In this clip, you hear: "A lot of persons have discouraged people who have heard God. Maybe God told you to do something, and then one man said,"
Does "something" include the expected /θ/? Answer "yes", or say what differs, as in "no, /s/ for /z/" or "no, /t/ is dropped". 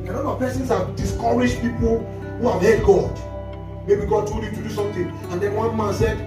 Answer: no, /t/ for /θ/